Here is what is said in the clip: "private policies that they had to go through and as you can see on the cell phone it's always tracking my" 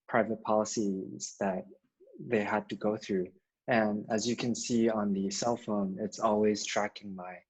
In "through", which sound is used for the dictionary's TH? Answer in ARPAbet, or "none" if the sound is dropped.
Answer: TH